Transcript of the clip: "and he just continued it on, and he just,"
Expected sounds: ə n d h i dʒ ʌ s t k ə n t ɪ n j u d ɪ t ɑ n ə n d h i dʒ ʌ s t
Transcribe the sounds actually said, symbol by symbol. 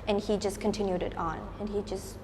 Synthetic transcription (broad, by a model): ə n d h i dʒ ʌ s k ə n t ɪ n j u d ɪ t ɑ n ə n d h i dʒ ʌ s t